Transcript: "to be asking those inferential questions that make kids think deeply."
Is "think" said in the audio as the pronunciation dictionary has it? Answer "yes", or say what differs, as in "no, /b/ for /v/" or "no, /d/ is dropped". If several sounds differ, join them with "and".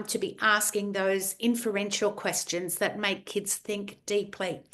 yes